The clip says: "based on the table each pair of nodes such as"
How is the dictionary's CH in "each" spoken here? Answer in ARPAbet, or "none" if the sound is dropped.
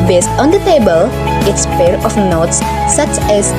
S